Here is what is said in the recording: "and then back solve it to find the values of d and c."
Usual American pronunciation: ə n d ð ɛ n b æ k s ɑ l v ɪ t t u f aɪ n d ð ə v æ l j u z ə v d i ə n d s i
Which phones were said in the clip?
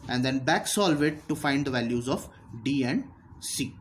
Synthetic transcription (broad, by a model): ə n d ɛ n b æ k s ɑ l v ɪ t t u f aɪ n d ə v æ l j u z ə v d i ə n d s i